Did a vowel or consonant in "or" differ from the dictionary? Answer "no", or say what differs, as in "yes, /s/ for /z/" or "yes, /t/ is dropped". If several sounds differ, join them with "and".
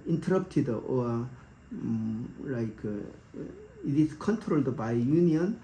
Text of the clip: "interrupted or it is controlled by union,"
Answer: yes, /l/ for /ɹ/